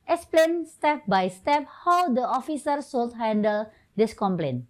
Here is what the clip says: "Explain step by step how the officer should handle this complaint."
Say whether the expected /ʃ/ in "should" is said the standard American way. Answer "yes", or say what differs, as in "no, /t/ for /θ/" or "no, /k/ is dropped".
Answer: no, /s/ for /ʃ/